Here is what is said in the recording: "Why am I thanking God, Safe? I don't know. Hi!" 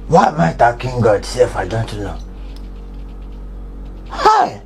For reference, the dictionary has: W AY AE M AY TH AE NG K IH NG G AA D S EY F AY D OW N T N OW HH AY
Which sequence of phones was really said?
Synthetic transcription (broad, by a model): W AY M AY T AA K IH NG G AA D S EY F AY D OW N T N OW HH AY